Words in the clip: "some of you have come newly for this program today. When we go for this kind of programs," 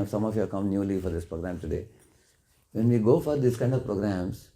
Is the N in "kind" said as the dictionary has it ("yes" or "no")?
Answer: yes